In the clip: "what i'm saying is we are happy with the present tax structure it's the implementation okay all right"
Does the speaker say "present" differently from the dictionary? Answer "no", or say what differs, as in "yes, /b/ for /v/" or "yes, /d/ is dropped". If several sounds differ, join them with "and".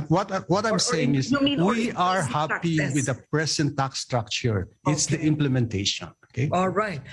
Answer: yes, /s/ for /z/